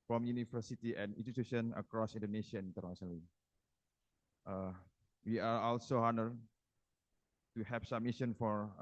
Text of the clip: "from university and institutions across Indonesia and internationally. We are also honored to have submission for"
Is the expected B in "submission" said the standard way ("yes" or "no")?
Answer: no